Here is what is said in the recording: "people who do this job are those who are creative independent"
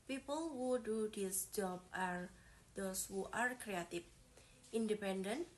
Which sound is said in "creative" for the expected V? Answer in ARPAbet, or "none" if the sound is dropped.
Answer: F